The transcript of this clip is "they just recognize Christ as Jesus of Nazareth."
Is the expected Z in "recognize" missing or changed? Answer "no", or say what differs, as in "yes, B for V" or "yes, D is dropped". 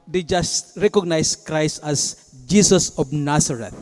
yes, S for Z